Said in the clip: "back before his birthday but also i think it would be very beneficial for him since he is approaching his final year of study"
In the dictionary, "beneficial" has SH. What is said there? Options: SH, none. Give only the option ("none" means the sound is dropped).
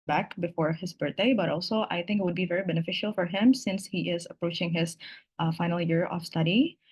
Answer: SH